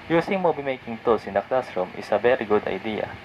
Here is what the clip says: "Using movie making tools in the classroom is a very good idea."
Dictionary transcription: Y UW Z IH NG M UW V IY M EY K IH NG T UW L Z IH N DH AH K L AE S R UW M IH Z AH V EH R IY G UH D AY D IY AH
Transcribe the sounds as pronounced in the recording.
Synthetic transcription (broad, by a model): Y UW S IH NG M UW B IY M EY K IH NG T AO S IH N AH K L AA S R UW M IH S AH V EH R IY G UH D AY D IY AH